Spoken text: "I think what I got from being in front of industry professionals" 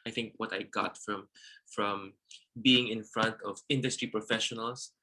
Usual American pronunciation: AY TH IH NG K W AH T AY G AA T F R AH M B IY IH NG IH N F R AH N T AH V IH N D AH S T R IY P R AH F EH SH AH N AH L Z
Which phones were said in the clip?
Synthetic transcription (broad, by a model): AY TH IH NG K W AH T AY G AA T F R AH M B IY IH NG IH N F R AH N T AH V IH N D AH S T R IY P R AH F EH SH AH N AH L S